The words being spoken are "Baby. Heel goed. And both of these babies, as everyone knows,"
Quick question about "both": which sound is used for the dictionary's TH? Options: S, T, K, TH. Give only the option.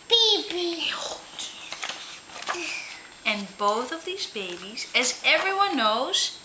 TH